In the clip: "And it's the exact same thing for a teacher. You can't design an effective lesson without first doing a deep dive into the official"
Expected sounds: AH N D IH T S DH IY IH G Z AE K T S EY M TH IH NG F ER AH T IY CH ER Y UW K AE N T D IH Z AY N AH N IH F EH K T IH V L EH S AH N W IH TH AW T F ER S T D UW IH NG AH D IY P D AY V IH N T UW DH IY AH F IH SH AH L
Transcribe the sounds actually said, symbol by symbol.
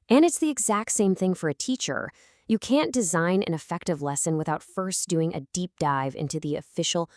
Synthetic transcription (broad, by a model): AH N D IH T S DH IY IH G Z AE K T S EY M TH IH NG F ER AH T IY CH ER Y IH K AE N D IH Z AY N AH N IH F EH K T IH V L EH S AH N W IH TH AW T F ER S D UW IH NG AH D IY P D AY V IH N T UW DH IY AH F IH SH L